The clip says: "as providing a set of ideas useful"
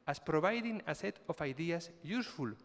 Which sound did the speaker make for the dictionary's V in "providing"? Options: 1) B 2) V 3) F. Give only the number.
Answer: 1